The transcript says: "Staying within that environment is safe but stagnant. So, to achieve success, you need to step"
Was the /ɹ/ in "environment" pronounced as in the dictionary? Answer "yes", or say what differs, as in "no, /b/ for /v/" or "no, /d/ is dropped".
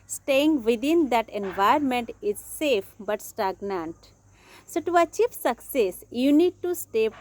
no, /ɹ/ is dropped